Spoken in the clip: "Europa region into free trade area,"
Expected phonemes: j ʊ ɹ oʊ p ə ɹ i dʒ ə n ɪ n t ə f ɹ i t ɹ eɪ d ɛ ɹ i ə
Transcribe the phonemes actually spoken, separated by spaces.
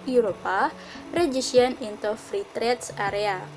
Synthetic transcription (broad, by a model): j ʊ ɹ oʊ p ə ɹ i ʃ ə n ɪ n t ə f ɹ i t ɹ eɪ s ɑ ɹ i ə